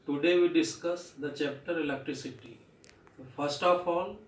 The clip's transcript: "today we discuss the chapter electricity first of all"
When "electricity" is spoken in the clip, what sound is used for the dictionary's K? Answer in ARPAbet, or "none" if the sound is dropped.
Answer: K